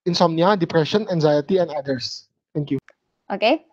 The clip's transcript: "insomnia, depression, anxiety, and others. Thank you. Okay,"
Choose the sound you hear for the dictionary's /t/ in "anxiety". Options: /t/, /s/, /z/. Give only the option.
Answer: /t/